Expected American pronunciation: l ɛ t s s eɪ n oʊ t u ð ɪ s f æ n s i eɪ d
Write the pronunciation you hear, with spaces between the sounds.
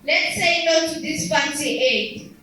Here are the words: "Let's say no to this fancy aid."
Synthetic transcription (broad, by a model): l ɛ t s s eɪ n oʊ t u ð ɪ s p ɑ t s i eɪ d